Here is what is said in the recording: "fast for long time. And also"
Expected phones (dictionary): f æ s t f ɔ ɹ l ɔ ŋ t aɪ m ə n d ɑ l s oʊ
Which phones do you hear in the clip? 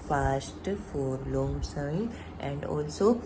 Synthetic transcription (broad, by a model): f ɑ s t f ɔ ɹ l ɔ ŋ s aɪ ə n d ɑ l s oʊ